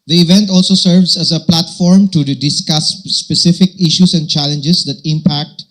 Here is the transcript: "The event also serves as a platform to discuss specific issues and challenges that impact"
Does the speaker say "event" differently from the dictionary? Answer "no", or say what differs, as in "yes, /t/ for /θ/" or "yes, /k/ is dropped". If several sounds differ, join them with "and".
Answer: no